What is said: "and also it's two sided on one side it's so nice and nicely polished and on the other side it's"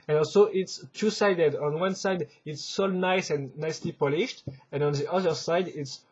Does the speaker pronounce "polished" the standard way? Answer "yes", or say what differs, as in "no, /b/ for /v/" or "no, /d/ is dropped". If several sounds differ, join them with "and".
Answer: yes